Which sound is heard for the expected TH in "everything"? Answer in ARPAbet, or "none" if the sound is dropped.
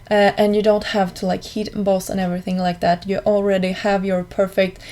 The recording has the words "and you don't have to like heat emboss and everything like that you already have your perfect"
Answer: TH